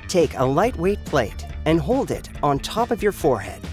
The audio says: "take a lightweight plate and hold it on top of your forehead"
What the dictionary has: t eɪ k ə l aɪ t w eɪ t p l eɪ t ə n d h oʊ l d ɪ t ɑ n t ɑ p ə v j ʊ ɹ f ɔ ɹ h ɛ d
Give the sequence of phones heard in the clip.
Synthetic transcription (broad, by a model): t eɪ k ə l aɪ t w eɪ t p l eɪ t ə n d h oʊ l d ɪ t n t ɑ p ə v j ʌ ɹ f ɔ ɹ h ɛ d